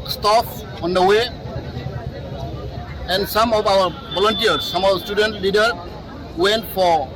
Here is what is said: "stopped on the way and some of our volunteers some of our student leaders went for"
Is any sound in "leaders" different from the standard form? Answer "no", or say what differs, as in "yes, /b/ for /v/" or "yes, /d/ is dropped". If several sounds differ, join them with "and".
yes, /z/ is dropped